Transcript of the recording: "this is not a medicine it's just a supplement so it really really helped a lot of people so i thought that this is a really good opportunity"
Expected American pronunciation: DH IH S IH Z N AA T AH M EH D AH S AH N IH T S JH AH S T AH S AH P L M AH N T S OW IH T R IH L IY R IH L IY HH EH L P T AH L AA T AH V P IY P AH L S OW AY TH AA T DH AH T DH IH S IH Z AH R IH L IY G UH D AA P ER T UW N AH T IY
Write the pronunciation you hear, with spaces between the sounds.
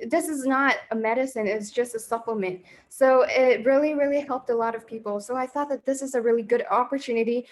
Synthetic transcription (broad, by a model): DH IH S IH Z N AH T AH M EH D AH S AH N IH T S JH AH S T AH S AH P L M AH N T S OW IH T R IH L IY R IH L IY HH EH L P T AH L AA T AH V P IY P L S OW AY TH AA T DH AH T DH IH S IH Z AH R IH L IY G UH D AA P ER T UW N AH T IY